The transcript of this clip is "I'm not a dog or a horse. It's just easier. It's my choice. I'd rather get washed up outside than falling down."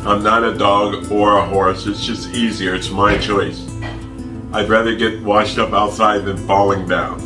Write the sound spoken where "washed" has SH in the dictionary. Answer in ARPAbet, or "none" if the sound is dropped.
SH